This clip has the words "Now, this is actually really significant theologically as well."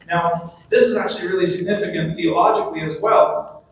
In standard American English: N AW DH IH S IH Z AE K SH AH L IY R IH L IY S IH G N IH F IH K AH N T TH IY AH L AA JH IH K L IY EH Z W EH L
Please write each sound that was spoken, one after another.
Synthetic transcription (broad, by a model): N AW DH IH S IH Z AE K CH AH L IY R IH L IY S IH G N IH F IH K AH N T TH IY AH L AA JH IH K L IY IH Z W EH L